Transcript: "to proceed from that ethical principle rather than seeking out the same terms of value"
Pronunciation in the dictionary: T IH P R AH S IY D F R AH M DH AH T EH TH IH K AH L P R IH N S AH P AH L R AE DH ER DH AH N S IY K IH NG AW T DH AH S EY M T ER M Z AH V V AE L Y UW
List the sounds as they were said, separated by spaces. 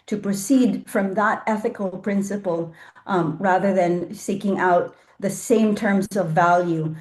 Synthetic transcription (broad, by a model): T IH P R AH S IY D F R AH M DH AH T EH TH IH K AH L P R IH N S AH P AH L R AE DH ER DH AH N S IY K IH NG AW T DH AH S EY M T ER M Z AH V V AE L Y UW